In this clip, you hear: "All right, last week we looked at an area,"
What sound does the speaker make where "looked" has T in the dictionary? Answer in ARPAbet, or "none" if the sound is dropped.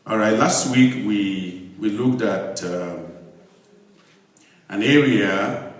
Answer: T